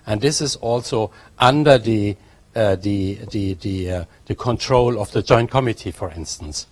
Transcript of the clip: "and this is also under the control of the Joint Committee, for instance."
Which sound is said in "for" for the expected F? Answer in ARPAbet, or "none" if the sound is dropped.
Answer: F